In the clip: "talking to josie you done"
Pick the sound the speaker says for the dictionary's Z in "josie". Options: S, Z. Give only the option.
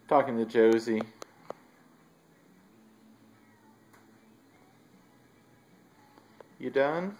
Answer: Z